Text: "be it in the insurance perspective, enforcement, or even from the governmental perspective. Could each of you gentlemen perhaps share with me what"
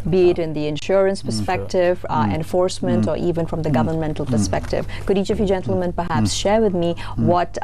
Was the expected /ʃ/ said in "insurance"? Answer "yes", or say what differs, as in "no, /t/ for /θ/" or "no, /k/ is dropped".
yes